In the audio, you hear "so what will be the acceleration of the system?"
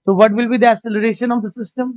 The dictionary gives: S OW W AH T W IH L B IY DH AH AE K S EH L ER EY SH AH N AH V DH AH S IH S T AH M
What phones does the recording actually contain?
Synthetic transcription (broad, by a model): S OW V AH T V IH L B IY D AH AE S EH L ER EY SH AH N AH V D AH S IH S T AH M